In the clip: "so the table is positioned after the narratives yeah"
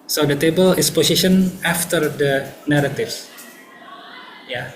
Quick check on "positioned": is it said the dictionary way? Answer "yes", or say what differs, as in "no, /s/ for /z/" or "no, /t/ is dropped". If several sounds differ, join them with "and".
no, /d/ is dropped